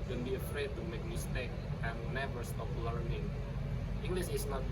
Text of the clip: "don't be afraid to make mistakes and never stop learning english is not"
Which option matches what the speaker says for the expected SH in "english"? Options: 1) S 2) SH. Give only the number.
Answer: 1